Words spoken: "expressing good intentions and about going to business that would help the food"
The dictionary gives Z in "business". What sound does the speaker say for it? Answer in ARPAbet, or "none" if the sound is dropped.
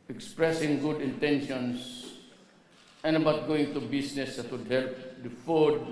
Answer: S